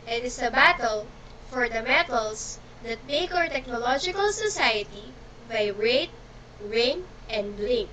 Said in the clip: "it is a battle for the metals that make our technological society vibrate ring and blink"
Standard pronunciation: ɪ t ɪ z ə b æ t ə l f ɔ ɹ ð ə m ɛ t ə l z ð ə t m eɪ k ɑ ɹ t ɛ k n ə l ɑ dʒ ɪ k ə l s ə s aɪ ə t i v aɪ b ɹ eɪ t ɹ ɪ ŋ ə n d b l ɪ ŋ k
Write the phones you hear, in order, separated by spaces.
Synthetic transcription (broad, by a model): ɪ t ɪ s ə b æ t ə l f ɔ ɹ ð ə m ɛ t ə l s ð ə t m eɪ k ɑ ɹ t ɛ k n ə l ɑ dʒ ɪ k ə l s ə s aɪ ə t i b aɪ ɹ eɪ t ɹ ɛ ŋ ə n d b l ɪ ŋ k